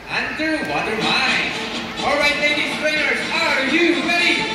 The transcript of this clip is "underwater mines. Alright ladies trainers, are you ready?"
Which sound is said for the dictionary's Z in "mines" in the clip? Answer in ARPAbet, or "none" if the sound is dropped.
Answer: none